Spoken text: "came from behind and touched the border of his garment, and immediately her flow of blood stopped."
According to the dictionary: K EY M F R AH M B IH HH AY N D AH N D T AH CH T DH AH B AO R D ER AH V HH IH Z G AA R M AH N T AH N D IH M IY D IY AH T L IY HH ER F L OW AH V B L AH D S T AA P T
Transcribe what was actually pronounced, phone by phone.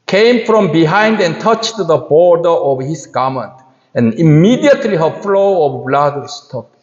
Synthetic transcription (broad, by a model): K EY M F R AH M B IH HH AY N D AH N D T AH CH T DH AH B AO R D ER AH V HH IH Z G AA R M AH N T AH N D IH M IY D IY AH T L IY HH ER F L OW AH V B L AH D S T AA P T